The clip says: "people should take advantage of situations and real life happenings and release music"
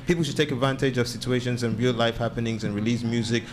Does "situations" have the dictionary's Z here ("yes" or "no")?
yes